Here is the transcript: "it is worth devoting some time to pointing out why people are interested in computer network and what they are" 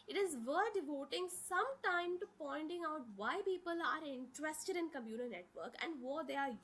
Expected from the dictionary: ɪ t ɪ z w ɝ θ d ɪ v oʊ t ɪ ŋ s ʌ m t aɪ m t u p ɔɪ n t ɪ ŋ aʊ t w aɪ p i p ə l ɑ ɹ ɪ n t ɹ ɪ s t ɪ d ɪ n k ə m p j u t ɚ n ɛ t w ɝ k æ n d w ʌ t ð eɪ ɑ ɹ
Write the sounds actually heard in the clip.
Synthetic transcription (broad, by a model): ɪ t ɪ z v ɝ d ɪ v oʊ t ɪ ŋ s ʌ m t aɪ m t u p ɔɪ n t ɪ ŋ aʊ t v aɪ p i p ə l ɑ ɹ ɪ n t ɹ ɪ s t ɪ d ɪ n k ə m j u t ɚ n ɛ t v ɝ k æ n d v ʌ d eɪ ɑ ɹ